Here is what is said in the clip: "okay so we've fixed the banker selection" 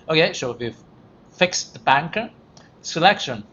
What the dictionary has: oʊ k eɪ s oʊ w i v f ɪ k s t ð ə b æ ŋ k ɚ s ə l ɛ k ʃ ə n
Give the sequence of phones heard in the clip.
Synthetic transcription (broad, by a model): oʊ k eɪ ʃ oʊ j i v f ɪ k s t ð ə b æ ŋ k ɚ s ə l ɛ k ʃ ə n